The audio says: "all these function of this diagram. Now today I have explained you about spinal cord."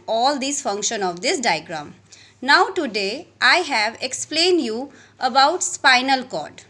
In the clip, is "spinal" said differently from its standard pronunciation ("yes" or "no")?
no